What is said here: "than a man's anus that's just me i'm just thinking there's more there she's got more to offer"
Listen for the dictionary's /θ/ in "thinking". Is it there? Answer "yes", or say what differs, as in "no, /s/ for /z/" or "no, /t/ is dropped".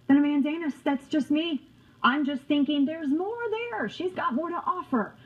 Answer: yes